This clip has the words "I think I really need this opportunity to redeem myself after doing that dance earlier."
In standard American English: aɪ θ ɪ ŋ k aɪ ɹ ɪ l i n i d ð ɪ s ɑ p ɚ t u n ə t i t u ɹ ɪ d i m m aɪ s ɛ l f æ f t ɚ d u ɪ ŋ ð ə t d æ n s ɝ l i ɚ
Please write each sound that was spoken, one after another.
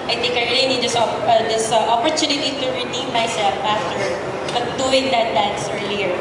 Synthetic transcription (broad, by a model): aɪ t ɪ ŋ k aɪ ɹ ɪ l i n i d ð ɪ s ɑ p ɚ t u n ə t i t u ɹ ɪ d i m m aɪ s ɛ l f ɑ f t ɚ d u ɪ ŋ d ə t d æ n s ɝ l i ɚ